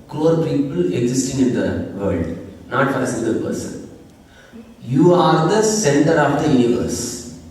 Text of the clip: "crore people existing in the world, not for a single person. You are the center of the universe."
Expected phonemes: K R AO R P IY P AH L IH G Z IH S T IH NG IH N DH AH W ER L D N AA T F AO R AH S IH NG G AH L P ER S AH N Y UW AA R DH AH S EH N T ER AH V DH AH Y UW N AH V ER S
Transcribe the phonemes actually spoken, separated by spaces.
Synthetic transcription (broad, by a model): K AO R P IY P AH L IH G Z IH S T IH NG IH N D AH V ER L D N AA T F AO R AH S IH G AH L P ER S AH N Y UW AA R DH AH S EH N T ER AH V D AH Y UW N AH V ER S